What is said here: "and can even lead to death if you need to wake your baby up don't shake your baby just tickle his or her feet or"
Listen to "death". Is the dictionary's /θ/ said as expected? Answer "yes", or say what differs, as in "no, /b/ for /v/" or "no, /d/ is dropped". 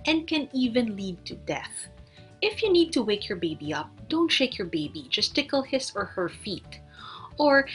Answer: yes